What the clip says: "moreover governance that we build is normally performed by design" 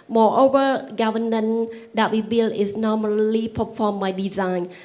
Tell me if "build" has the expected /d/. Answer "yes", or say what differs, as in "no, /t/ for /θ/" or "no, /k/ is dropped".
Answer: no, /d/ is dropped